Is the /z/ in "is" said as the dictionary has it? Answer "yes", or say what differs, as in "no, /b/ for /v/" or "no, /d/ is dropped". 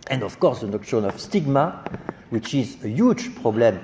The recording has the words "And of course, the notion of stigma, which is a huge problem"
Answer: yes